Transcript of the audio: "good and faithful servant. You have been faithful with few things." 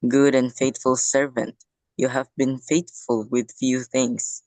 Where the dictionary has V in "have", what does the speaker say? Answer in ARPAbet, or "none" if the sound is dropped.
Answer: V